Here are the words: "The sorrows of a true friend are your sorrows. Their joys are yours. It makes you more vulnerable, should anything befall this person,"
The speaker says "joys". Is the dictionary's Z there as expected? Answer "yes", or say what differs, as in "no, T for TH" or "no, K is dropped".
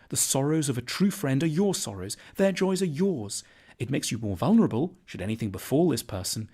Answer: yes